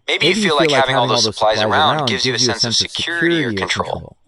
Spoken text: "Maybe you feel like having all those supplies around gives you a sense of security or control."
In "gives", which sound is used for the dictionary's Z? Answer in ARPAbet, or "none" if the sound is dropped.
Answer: Z